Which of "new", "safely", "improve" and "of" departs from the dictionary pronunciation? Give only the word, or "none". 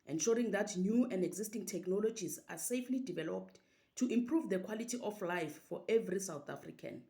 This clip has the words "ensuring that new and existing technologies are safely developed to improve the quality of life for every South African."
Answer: of